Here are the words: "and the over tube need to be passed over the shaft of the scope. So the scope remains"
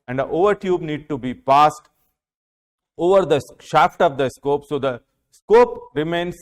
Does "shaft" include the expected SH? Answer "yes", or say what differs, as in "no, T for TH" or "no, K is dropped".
yes